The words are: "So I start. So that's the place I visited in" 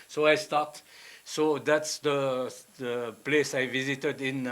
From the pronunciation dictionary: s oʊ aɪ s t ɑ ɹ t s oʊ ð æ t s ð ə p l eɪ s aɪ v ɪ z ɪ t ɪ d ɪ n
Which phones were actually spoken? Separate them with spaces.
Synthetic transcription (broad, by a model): s oʊ aɪ s t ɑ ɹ t s oʊ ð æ t s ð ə p l eɪ s aɪ v ɪ z ɪ t ɪ d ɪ n